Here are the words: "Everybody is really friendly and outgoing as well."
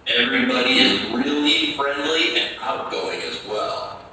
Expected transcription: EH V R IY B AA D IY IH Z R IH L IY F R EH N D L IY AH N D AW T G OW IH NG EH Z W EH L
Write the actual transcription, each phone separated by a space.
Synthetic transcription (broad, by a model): EH V R IY B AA D IY IH Z R IH L IY F R EH N D L IY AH N AW T G OW IH NG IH Z W EH L